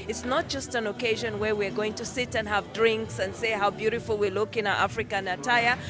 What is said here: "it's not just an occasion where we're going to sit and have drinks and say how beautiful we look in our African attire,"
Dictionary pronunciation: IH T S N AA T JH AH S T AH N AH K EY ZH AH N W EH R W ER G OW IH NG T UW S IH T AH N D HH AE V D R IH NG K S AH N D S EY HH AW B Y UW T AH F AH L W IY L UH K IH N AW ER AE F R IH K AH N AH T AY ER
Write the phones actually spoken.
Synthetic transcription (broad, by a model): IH T S N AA T JH AH S T AH N AH K EY ZH AH N W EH R W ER G OW IH NG T UW S IH T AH N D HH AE V D R IH NG K S AH N D S EY HH AW B Y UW T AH F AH L W IY L UH K IH N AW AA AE F R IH K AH N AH T AY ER